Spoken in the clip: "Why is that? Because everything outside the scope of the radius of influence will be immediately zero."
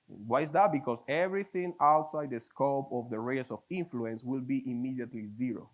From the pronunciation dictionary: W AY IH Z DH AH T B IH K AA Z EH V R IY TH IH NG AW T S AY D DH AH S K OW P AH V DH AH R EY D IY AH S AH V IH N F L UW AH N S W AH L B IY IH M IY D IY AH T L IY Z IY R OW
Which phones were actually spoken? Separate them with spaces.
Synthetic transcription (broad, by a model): W AY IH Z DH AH T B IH K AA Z EH V R IY TH IH NG AW T S AY D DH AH S K OW P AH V DH AH R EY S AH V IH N F L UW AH N S W AH L B IY IH M IY D IY AH T L IY Z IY R OW